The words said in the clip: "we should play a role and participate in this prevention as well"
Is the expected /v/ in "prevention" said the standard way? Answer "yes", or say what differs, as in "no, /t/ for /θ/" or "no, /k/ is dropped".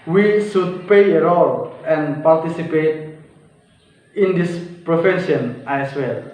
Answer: no, /f/ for /v/